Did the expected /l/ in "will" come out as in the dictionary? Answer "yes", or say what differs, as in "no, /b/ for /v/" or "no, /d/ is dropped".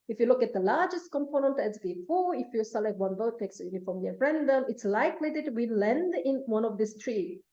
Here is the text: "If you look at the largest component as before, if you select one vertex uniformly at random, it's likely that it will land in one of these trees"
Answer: no, /n/ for /l/